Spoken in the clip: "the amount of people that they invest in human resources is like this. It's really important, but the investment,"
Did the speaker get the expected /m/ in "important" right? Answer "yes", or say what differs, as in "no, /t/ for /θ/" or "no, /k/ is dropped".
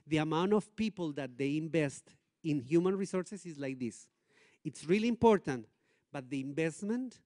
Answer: yes